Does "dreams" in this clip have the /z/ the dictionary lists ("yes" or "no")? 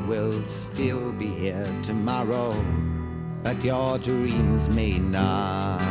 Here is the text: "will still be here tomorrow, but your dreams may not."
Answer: yes